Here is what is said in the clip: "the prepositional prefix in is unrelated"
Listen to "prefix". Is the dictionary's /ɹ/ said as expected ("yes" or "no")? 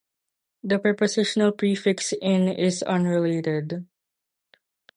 yes